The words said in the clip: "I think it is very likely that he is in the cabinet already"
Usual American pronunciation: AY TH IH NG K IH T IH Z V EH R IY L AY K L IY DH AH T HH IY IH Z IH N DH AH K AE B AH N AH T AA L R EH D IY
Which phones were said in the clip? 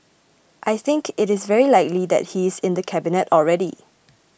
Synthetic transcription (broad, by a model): AY TH IH NG K IH T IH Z V EH R IY L AY K L IY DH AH T HH IY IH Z IH N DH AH K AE B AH N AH T AA L R EH D IY